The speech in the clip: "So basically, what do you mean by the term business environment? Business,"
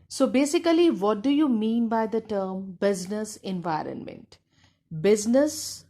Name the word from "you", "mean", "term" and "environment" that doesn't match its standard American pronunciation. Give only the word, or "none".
none